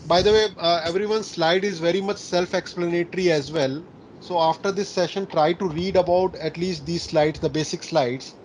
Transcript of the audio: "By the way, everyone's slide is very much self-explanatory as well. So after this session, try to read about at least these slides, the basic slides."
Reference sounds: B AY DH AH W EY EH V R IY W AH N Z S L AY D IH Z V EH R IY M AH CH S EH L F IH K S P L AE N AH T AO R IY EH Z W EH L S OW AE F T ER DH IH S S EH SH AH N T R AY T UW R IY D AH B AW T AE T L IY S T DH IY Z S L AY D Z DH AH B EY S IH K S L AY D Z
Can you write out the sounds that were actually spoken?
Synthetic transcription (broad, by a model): B AY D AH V EY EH V R IY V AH N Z S L AY D IH Z V EH R IY M AH CH S EH L F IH K S P L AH N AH T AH R IY EH Z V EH L S OW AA F T ER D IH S S EH SH AH N T R AY T UW R IY D AH B AW T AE T L IY S T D IY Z S L AY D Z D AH B EY S IH K S L AY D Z